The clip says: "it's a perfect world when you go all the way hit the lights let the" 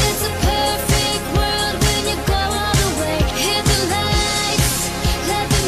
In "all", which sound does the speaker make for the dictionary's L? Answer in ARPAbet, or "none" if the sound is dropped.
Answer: N